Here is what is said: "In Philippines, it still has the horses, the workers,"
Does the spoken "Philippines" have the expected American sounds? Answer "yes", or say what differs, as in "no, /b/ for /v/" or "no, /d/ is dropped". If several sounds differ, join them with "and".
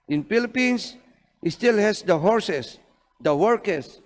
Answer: no, /s/ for /z/